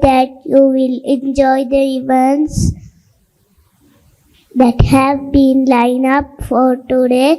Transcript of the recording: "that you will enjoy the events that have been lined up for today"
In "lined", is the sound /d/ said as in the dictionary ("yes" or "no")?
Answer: no